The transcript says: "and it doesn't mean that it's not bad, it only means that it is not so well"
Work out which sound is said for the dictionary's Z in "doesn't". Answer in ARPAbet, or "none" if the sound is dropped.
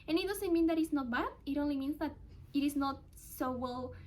S